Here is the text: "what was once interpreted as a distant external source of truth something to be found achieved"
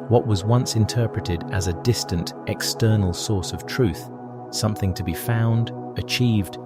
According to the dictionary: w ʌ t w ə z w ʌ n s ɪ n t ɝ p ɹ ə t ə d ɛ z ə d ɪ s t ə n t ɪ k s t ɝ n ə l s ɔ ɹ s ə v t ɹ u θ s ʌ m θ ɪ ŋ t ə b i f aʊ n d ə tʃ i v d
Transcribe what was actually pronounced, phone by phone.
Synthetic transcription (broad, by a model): w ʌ t w ə z w ʌ n s ɪ n t ɝ p ɹ ə t ə d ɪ z ə d ɪ s t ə n t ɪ k s t ɝ n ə l s ɔ ɹ s ə v t ɹ u θ s ʌ m θ ɪ ŋ t ə b i f aʊ n d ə tʃ i v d